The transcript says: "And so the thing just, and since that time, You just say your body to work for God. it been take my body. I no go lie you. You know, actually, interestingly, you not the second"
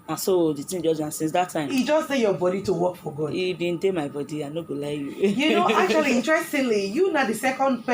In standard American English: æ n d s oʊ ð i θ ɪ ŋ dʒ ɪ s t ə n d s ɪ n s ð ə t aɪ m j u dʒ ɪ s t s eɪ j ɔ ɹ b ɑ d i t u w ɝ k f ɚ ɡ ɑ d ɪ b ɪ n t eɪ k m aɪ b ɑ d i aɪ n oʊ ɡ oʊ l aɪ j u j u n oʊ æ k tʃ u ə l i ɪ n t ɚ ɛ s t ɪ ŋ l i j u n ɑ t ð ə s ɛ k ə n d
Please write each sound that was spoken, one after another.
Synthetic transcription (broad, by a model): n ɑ s oʊ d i t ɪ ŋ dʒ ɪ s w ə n s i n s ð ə t aɪ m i dʒ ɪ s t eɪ j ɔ b ɑ d i t u w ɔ k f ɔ ɡ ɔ ɪ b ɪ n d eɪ m aɪ b ɑ d i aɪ n oʊ ɡ oʊ l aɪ j u j u n oʊ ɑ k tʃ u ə l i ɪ n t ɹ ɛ s t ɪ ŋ l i j u n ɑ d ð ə s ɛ k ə n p